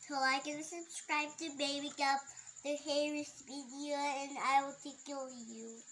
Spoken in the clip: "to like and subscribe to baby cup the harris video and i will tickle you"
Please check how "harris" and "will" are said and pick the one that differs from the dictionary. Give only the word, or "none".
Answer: none